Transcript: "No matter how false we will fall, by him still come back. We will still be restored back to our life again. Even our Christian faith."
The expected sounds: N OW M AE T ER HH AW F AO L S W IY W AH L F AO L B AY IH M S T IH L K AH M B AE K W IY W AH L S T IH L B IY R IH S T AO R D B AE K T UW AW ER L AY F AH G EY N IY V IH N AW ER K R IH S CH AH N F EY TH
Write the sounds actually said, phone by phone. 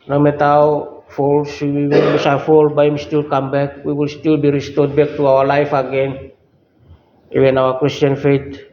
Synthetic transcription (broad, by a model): N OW M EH T AW F AO L S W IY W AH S F AO L B AY IH M S T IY L K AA M B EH K W IY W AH L S T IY L B IY R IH S T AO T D B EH K T UW AW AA L AY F AH G EY N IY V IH N AW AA K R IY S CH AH N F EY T